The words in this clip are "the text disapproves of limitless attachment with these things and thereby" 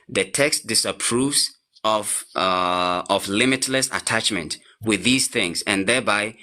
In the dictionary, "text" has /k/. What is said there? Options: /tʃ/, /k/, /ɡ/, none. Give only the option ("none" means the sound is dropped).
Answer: /k/